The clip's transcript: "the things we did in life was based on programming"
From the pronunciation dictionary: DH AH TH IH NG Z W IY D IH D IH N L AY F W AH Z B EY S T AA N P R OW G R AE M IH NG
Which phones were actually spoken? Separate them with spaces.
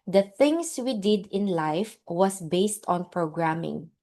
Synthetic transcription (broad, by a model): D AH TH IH NG S W IY D IH D IH N L AY F W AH S B EY S T AA N P R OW G R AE M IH NG